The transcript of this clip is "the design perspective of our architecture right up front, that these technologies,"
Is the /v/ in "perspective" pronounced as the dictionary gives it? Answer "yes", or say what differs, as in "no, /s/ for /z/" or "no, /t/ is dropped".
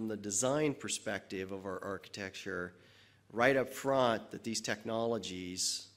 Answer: yes